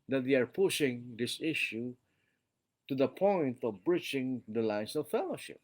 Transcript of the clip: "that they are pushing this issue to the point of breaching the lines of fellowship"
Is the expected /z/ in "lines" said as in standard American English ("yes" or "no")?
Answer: no